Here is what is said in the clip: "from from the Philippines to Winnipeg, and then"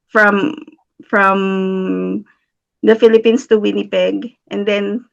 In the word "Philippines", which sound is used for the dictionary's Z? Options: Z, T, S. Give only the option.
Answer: S